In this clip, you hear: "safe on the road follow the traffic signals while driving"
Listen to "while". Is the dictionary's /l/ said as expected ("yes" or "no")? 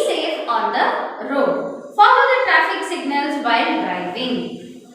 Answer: no